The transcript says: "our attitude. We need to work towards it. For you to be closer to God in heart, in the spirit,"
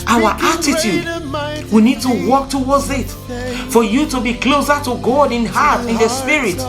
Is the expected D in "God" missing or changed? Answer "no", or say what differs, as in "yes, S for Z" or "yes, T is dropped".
no